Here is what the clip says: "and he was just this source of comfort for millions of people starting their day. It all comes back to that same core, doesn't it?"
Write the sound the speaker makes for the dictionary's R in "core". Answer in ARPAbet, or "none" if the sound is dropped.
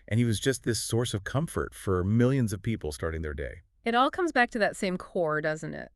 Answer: R